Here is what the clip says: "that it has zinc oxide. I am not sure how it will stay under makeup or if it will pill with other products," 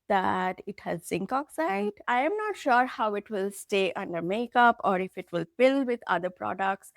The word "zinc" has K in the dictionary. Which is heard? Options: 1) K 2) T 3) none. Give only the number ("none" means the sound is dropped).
1